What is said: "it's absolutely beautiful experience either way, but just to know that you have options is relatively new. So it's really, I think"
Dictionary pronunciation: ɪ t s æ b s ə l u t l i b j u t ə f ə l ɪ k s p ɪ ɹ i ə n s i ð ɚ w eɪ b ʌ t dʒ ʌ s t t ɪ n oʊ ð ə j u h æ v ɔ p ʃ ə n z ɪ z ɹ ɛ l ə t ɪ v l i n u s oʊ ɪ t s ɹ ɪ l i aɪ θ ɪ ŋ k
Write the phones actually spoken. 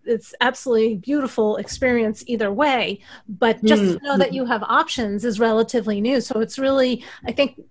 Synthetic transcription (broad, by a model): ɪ t s æ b s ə l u t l i b j u t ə f l ɪ k s p ɪ ɹ i ə n s i ð ɚ w eɪ b ʌ t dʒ ʌ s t t ɪ n oʊ ð ə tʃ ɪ v ɔ p ʃ ə n z ɪ z ɹ ɛ l ə t ɪ v l i n u s oʊ ɪ t s ɹ ɪ l i aɪ θ ɪ ŋ k